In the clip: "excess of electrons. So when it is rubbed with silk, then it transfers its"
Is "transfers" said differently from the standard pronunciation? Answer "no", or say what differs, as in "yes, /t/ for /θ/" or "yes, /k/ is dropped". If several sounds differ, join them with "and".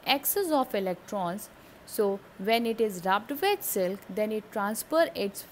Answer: yes, /z/ is dropped